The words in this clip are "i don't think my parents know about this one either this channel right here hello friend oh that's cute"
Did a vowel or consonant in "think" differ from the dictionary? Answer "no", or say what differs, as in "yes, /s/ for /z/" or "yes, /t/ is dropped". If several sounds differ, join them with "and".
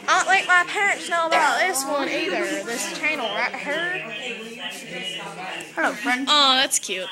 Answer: yes, /ŋ/ is dropped